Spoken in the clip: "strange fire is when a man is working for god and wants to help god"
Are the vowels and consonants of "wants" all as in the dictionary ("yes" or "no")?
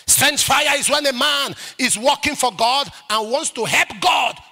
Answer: yes